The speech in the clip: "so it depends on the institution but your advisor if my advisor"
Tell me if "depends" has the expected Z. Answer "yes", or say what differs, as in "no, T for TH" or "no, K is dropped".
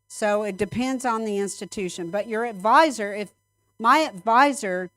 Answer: yes